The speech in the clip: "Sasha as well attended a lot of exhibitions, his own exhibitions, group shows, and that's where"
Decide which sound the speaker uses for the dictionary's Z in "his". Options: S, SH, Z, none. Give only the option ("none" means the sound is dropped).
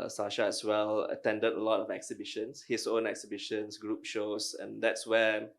S